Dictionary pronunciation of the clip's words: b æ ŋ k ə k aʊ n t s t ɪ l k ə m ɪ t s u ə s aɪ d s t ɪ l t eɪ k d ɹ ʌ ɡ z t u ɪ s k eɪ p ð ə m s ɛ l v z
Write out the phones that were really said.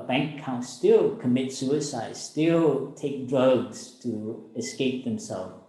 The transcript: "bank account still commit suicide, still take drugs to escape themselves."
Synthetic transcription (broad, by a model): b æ ŋ k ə ʊ n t s t ɪ l k ə m ɪ t s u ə s aɪ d s t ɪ l t eɪ k d ɹ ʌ ɡ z t u ɪ s k eɪ p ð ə m s ɛ l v